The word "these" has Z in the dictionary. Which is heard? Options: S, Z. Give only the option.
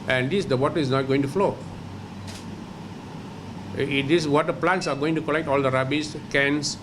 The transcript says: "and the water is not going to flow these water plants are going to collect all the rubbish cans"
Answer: S